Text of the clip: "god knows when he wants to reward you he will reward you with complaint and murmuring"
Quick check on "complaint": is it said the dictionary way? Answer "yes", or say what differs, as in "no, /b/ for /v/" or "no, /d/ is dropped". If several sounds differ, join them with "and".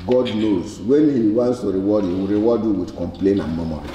no, /t/ is dropped